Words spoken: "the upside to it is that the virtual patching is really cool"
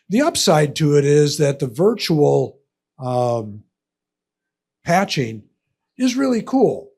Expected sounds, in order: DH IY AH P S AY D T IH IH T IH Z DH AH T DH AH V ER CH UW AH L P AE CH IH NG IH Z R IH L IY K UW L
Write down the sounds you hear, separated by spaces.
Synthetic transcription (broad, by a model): DH IY AH P S AY D T IH IH T IH Z DH AH T DH AH V ER CH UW L P AE CH IH NG IH Z R IH L IY K UW L